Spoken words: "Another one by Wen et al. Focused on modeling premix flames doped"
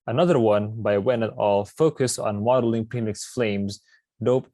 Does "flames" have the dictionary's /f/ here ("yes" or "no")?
yes